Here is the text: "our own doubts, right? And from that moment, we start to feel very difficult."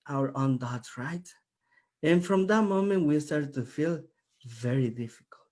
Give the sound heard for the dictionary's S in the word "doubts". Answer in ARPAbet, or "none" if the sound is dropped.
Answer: none